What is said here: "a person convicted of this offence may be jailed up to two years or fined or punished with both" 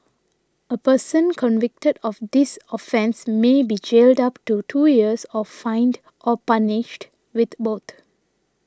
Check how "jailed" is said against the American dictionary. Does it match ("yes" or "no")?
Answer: yes